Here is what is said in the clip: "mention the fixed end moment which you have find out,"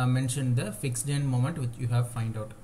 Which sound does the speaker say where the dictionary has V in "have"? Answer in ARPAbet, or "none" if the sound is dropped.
V